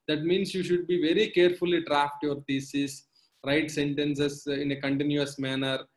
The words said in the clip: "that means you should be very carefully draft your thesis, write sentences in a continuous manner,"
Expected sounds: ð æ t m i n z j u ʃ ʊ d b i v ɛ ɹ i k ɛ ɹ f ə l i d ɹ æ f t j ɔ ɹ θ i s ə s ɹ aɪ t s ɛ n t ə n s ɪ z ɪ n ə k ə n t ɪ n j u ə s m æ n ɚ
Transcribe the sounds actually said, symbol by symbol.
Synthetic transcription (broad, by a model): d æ t m i n s j u ʃ ʊ d b i v ɛ ɹ i k ɛ ɹ f ə l i d ɹ æ f t j ɔ ɹ t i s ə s ɹ aɪ t s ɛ n t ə n s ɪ s ɪ n ə k ə n t ɪ n j u ə s m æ n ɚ